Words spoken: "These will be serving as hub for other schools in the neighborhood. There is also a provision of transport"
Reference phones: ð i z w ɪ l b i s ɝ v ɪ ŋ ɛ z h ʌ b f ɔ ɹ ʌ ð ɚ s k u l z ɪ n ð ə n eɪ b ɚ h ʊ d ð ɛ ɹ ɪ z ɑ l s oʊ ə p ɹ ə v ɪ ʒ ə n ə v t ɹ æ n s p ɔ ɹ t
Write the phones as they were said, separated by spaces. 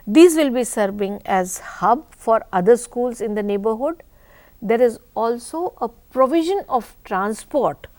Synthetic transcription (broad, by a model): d i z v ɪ l b i s ɝ v ɪ ŋ ɛ z h ʌ b f ɔ ɹ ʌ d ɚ s k u l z ɪ n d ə n eɪ b ɚ h ʊ d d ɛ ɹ ɪ z ɑ l s oʊ ə p ɹ ə v ɪ ʒ ə n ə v t ɹ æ n s p ɔ ɹ t